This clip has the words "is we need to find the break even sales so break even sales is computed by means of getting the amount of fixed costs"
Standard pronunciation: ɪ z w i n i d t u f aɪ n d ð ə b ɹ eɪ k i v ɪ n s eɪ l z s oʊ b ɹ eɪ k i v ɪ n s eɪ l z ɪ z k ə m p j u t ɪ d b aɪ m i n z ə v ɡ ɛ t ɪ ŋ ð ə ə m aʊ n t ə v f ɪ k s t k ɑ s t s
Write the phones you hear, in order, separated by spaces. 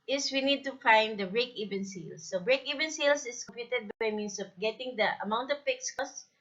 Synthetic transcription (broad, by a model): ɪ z w i n i d t u f aɪ n d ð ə b ɹ eɪ k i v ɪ n s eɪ l s oʊ b ɹ eɪ k i v ɪ n s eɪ l s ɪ s k ə m p j u t ɪ d b aɪ m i n s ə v ɡ ɛ t ɪ ŋ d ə ə m aʊ n t ə v p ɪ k s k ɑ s s